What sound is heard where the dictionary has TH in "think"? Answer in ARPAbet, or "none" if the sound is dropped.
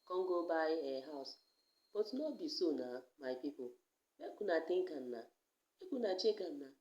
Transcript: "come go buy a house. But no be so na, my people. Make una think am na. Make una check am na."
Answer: T